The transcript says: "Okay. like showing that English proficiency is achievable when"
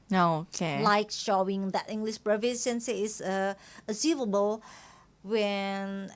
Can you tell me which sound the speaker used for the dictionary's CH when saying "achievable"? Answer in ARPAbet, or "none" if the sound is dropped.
S